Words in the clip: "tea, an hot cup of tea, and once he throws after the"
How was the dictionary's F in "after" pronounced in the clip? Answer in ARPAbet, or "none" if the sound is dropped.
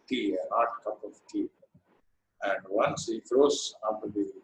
none